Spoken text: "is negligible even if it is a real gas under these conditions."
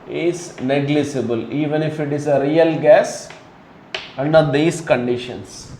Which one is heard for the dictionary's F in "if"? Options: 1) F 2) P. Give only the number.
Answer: 1